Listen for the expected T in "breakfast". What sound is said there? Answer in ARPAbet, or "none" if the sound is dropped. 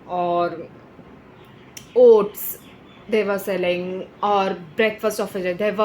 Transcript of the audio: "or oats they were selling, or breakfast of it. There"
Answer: T